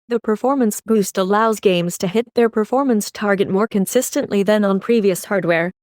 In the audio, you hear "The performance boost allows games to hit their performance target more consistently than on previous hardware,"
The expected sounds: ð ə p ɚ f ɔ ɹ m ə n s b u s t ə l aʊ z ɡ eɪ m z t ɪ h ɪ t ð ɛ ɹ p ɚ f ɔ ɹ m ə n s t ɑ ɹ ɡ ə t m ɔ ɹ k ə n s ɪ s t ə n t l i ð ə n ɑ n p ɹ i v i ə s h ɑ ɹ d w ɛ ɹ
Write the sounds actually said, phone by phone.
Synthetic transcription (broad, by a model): ð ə p ɚ f ɔ ɹ m ə n s b u s t ə l aʊ z ɡ eɪ m z t ɪ h ɪ t ð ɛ ɹ p ɚ f ɔ ɹ m ə n s t ɑ ɹ ɡ ə t m ɔ ɹ k ə n s ɪ s t ə n t l i ð ə n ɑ n p ɹ i v i ə s h ɑ ɹ d w ɛ ɹ